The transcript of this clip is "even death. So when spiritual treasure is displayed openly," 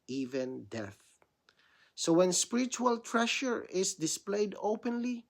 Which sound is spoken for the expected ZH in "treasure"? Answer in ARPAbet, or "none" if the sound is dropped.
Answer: SH